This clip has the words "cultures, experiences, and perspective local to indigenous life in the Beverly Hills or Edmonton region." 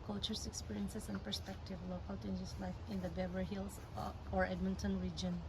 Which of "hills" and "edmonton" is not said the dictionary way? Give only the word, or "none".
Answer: hills